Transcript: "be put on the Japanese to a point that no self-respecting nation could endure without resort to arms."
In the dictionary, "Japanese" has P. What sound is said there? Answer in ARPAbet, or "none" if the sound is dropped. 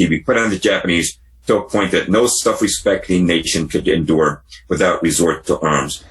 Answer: P